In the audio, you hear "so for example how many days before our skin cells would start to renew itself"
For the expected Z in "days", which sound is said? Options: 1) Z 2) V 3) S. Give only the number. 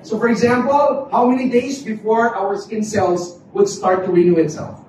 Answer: 1